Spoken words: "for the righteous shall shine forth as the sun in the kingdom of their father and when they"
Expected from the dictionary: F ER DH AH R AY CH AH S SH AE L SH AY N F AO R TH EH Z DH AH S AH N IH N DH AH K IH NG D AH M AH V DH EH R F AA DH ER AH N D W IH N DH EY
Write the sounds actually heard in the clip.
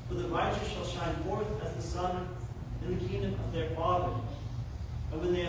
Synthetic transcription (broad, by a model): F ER DH AH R AY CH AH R SH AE L SH AY N F AO R TH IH Z DH AH S AH N IH N DH AH K IH NG D AH M AH V DH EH R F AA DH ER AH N W IH N DH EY